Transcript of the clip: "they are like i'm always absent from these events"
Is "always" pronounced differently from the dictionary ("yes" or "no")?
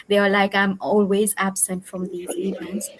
no